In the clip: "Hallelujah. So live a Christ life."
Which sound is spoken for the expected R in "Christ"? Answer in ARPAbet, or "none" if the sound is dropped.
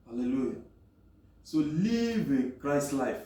R